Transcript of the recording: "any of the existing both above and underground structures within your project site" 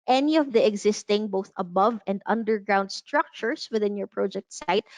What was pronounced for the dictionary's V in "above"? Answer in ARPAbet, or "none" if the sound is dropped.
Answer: V